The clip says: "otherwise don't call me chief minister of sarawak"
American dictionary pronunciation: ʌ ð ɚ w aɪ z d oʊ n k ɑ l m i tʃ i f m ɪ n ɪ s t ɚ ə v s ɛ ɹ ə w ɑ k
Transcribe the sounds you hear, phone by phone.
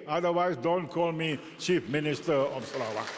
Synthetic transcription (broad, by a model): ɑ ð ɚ w aɪ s d oʊ n k ɑ l m i tʃ i f m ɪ n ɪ s t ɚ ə f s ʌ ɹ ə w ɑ